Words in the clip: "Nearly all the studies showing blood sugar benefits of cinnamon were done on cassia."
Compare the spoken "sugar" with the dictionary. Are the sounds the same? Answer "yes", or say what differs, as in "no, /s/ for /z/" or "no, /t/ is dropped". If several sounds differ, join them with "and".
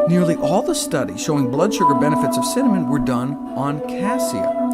yes